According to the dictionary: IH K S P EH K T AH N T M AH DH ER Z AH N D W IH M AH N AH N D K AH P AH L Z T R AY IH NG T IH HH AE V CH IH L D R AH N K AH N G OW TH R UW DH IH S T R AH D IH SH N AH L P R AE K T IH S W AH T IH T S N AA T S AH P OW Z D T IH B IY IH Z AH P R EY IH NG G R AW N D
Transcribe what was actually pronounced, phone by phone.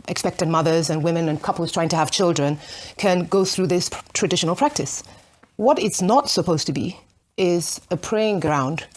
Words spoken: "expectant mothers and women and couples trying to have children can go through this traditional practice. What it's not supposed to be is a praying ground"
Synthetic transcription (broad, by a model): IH K S P EH K T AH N M AH DH ER Z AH N W IH M AH N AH N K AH P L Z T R AY IH NG T IH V CH IH L D R AH N K AH N G OW TH R UW DH IH S T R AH D IH SH N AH L P R AE K T IH S W AH T IH T S N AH T S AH P OW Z T IH B IY IH Z AH P R EY IH NG G R AW N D